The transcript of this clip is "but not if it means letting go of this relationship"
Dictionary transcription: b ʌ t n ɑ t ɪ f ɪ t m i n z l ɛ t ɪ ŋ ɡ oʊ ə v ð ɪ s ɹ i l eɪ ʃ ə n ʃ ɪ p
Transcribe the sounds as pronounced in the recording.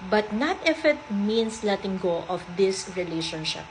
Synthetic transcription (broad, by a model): b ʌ t n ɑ t ɪ f ɪ t m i n s l ɛ t ɪ ŋ ɡ oʊ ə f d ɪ s ɹ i l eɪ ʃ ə n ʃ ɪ p